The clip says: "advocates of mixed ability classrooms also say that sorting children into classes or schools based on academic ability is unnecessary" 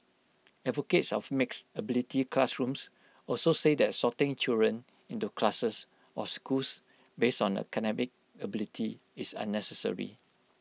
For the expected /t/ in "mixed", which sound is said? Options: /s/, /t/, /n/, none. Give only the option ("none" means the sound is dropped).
none